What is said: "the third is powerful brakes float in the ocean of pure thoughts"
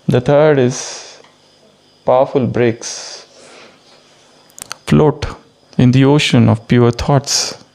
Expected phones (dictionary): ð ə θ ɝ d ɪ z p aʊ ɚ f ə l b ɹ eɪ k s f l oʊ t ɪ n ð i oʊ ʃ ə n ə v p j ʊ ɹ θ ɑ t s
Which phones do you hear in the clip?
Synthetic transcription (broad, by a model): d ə t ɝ d ɪ z p aʊ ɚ f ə l b ɹ eɪ k s f l oʊ t ɪ n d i oʊ ʃ ə n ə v p j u ɹ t ɑ t s